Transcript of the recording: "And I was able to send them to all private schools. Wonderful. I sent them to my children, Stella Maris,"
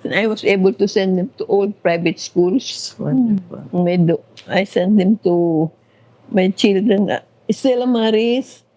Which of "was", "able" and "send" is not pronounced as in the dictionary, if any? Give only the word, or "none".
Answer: was